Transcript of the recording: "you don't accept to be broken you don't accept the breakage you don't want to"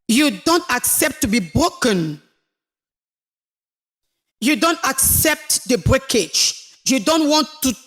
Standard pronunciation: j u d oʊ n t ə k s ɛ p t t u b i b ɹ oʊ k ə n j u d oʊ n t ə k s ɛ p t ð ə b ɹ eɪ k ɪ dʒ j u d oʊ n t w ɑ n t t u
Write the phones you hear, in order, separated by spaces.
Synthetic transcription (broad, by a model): j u d oʊ n t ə k s ɛ p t t u b i b ɹ oʊ k ə n j u d oʊ n t ə k s ɛ p t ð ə b ɹ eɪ k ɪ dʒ j u d oʊ n t w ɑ n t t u